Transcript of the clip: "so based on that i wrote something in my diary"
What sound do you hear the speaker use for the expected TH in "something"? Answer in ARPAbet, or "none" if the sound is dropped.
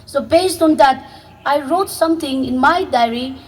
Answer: T